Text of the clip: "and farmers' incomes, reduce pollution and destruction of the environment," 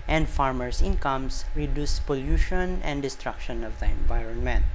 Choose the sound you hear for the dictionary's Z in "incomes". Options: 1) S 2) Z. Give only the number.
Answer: 1